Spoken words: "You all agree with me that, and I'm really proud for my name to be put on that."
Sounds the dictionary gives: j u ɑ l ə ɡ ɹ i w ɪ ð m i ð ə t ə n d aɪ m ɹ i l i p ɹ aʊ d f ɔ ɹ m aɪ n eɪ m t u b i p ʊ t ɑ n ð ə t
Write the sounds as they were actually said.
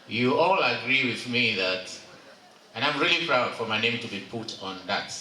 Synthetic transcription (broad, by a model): j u ɑ l ə ɡ ɹ i w ɪ ð m i ð ə t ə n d aɪ m ɹ i l i p ɹ aʊ d f ɔ ɹ m aɪ n eɪ m t u b i p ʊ t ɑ n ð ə t